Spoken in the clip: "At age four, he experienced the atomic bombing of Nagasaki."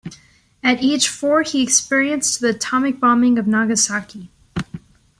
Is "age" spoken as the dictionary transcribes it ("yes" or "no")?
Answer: no